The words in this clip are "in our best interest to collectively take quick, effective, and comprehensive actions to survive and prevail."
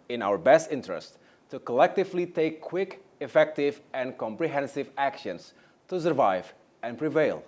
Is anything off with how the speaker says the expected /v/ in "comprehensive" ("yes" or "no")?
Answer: no